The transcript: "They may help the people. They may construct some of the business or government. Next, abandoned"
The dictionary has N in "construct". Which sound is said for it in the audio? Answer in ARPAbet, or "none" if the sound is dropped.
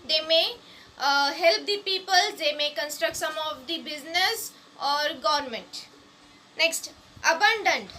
N